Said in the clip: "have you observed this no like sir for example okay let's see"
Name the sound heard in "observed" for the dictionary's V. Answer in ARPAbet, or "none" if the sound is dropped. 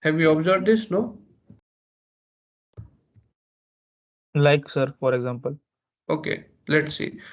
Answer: B